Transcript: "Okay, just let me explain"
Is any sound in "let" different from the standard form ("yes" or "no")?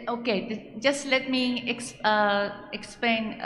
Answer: no